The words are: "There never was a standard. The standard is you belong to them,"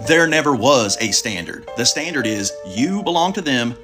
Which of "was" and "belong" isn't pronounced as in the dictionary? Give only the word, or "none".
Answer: none